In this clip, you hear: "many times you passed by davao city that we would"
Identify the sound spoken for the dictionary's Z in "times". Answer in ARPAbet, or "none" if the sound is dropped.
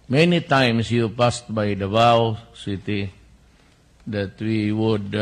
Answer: S